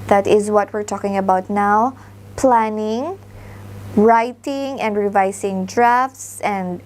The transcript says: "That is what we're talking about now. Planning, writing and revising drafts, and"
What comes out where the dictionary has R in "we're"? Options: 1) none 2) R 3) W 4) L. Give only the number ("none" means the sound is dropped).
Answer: 2